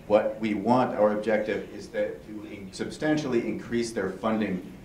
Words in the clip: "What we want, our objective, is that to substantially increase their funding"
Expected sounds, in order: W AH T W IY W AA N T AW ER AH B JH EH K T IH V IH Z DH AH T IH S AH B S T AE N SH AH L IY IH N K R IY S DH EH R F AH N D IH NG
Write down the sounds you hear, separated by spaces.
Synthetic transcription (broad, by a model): W AH T W IY W AA N T AW ER AH B JH EH K T IH V IH Z DH AH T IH S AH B S T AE N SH L IY IH N K R IY S DH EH R F AH N D IH NG